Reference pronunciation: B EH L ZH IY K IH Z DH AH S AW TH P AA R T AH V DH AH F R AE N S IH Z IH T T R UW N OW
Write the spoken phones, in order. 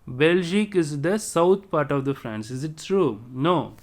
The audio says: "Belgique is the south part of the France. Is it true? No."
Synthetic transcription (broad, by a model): B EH L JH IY K IH Z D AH S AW T P AA R T AH V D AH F R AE N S IH Z IH T T R UW N OW